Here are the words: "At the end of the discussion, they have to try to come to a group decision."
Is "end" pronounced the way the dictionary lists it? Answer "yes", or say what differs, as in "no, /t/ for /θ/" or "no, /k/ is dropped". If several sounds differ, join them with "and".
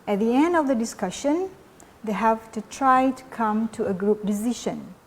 yes